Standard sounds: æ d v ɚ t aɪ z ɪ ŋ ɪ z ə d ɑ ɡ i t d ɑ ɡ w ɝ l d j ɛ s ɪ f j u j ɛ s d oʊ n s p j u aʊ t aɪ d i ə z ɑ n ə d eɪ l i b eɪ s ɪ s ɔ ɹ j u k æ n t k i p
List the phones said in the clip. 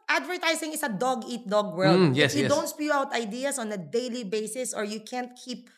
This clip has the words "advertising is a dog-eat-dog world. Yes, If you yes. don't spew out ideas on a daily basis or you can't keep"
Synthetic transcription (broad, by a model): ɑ d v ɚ t aɪ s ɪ ŋ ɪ s ə d ɑ ɡ i t d ɑ ɡ w ɝ l d j ɛ s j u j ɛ d oʊ n s p j u aʊ t aɪ d i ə s ɑ n ə d eɪ l i b eɪ s ɪ s ɔ ɹ j u k æ n t k i p